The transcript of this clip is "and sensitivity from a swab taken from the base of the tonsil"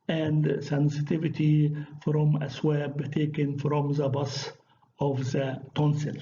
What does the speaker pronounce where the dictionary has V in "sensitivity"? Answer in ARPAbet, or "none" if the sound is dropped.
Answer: V